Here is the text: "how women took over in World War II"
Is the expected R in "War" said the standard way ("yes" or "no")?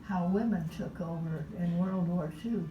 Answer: yes